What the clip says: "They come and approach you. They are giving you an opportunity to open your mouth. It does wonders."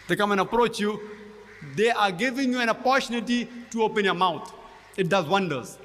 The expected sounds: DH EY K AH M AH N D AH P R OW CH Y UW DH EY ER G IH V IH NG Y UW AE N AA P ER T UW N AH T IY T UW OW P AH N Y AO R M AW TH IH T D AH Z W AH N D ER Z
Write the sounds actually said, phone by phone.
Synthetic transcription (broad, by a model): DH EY K AH M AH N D AH P R OW CH Y UW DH EY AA G IH V IH NG Y UW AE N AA P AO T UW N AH T IY T UW OW P AH N Y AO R M AW T IH T D AH Z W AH N D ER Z